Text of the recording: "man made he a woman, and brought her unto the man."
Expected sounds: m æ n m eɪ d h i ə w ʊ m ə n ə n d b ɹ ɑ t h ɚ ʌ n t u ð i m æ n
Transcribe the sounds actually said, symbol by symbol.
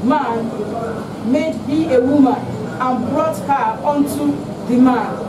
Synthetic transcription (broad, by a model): m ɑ n m eɪ d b i ə w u m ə n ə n b ɹ ɑ t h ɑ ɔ n t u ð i m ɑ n